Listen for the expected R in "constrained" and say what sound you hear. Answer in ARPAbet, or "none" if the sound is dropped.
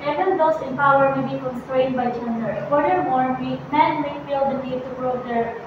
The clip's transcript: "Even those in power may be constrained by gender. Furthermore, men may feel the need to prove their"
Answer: R